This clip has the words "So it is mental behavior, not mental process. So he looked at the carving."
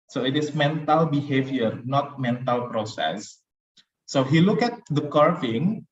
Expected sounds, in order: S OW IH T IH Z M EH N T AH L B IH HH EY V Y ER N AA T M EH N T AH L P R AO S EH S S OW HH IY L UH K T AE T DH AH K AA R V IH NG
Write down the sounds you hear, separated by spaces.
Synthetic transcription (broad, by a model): S OW IH T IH S M EH N T AH L B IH HH EY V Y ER N AA T M EH N T AH L P R AO S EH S S OW HH IY L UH K EH T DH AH K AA R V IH NG